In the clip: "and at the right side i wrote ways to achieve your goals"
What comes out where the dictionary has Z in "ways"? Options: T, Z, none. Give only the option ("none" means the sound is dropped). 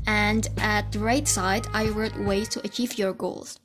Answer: none